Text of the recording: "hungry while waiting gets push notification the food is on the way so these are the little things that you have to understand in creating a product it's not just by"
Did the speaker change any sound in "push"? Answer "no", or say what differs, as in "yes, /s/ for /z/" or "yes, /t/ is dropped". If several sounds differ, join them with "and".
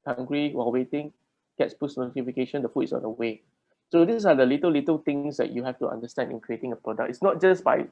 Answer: yes, /s/ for /ʃ/